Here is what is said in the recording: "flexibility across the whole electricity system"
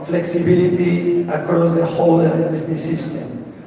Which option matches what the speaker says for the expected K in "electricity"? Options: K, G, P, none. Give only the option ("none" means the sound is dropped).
none